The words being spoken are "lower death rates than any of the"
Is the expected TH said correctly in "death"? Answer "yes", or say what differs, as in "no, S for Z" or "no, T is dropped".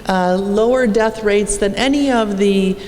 yes